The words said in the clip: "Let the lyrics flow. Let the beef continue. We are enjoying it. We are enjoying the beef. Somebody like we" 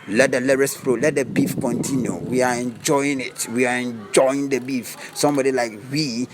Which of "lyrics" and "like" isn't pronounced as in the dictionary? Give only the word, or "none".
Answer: lyrics